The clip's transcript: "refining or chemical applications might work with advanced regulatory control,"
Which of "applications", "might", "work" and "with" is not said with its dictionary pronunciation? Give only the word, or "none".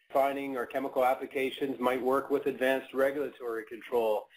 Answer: none